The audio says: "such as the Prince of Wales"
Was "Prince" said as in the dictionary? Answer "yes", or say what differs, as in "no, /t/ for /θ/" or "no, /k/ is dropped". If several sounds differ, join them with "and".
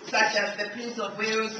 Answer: no, /ɹ/ is dropped and /n/ is dropped